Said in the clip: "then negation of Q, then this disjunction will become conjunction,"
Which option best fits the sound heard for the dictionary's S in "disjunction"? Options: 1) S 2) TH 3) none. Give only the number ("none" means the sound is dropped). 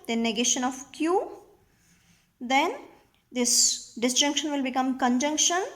1